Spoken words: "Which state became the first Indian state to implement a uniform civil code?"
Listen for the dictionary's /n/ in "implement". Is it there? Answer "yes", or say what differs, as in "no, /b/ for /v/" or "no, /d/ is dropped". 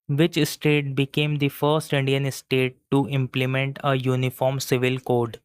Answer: yes